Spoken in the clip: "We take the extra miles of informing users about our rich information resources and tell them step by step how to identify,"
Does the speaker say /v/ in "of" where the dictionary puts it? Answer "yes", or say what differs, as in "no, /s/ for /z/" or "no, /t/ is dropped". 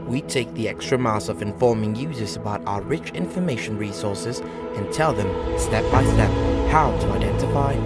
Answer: yes